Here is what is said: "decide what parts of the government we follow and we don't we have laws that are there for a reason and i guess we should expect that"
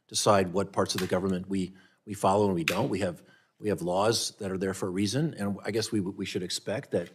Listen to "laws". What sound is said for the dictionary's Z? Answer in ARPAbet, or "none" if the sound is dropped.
Z